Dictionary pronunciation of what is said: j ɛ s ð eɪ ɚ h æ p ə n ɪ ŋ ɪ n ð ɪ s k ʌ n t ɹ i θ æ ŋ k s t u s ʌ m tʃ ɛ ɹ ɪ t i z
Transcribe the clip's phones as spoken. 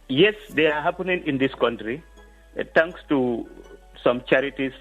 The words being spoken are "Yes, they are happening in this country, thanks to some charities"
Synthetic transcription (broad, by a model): j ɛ s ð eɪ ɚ h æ p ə n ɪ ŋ ɪ n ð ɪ s k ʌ n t ɹ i t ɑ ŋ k s t u s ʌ m tʃ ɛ ɹ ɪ t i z